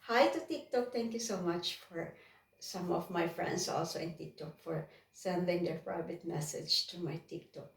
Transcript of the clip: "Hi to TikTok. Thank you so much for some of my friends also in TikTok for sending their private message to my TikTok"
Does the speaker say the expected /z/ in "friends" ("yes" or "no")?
no